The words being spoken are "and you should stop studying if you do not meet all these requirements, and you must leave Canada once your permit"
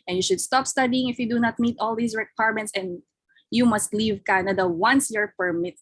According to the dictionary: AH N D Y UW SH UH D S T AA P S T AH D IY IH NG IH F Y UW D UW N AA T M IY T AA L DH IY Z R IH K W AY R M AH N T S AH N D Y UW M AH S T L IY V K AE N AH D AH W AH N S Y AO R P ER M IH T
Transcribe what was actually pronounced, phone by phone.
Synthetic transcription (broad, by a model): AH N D Y UW SH UH D S T AA P S T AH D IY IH NG IH F Y UW D UW N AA T M IY T AA L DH IY S R IH K W AY R M AH N T S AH N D Y UW M AH S T L IY V K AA N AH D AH W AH N S Y AO R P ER M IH T